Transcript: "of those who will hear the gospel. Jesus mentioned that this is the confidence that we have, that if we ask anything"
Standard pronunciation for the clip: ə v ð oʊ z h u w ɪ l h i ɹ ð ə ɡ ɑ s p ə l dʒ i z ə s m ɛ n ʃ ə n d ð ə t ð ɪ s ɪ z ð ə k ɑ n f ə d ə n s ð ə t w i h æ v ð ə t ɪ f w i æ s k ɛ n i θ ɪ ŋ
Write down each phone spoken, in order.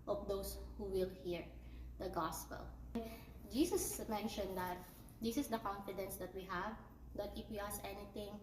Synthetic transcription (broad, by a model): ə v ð oʊ s h u w ɪ l h i ɹ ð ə ɡ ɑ s p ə l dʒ i s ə s m ɛ n ʃ ə n d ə t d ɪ s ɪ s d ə k ɑ n f ə d ə n s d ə t w i h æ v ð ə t ɪ f w i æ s ɛ n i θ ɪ ŋ